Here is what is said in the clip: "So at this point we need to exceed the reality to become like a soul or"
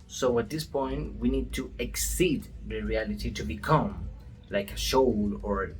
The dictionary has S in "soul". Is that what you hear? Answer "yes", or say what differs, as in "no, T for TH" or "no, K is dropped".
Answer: no, SH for S